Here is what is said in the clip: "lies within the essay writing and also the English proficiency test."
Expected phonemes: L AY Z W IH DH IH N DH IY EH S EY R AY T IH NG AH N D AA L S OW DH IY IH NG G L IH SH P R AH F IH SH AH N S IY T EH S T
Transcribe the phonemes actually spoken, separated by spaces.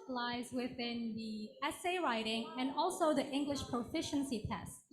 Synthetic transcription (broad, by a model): L AY Z W IH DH IH N DH IY EH S EY R AY T IH NG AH N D AA L S OW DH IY IH NG G L IH SH P R AH F IH SH AH N S IY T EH S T